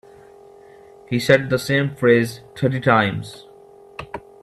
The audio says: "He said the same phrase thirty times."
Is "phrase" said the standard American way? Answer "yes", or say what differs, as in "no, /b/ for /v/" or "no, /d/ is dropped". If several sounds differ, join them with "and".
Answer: yes